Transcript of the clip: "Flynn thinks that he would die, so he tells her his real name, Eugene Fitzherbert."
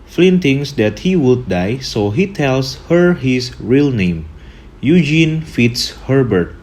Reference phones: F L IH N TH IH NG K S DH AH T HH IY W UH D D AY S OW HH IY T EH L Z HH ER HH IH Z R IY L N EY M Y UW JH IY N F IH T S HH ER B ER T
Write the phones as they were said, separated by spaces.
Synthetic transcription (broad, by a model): F L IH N T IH NG S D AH T HH IY W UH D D AY S OW HH IY T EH L S HH ER HH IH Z R IY L N EY M Y UW JH IY N F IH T S HH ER B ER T